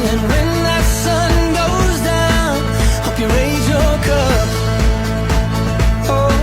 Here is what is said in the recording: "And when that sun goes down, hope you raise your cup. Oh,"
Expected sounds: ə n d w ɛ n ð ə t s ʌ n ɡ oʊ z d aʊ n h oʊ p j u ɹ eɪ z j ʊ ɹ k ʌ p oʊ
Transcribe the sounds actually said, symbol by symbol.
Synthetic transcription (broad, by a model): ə n w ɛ n ð ə t s ʌ n ɡ oʊ z d aʊ n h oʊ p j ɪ ɹ eɪ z j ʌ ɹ k ʌ p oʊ